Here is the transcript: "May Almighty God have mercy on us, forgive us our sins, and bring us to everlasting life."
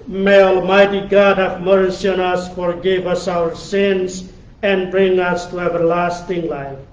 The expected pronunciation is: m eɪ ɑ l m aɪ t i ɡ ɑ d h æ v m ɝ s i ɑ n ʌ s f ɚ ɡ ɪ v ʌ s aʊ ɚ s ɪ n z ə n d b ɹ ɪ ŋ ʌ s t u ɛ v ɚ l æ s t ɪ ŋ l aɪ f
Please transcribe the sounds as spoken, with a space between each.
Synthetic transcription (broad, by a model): m eɪ ɑ l m aɪ t i ɡ ɑ d h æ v m ɝ s i ɑ n ʌ s f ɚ ɡ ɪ v ʌ s aʊ ɚ s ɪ n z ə n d b ɹ ɪ ŋ ʌ s t u ɛ v ɚ l æ s t ɪ ŋ l aɪ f